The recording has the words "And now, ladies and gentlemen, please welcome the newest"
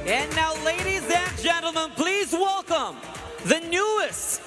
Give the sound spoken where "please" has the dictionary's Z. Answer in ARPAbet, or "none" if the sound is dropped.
Z